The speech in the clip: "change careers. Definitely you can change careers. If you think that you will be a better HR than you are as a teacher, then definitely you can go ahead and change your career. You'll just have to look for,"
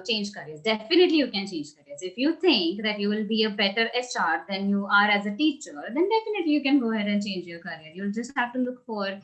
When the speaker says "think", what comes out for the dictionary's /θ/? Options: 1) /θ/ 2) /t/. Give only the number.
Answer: 2